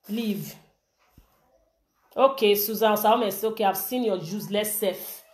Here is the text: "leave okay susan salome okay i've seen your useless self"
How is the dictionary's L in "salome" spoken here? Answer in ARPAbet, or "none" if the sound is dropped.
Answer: none